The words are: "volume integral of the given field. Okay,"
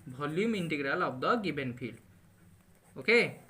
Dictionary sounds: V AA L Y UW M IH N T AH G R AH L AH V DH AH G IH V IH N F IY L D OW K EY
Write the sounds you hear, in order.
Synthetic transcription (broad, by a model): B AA L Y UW M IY N T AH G R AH L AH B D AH G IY B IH N P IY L OW K EY